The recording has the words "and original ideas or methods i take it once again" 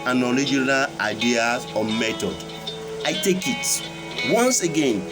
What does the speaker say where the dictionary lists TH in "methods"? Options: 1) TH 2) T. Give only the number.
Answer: 2